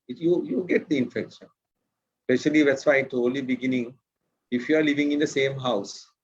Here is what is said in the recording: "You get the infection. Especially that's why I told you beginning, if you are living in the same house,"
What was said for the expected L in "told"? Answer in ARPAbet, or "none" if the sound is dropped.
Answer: none